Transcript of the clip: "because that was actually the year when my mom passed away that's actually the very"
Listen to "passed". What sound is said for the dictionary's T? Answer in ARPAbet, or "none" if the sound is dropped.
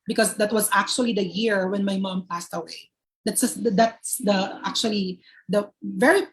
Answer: T